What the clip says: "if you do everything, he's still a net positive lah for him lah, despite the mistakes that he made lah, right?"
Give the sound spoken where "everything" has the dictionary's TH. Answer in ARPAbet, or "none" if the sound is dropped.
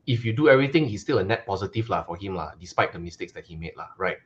T